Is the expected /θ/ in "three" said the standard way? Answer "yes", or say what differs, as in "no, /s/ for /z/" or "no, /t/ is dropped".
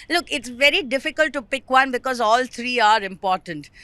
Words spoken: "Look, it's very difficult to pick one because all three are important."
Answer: no, /t/ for /θ/